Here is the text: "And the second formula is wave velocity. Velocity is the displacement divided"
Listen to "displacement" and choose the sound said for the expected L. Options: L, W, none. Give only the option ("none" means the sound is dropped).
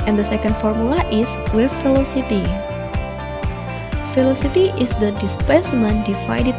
none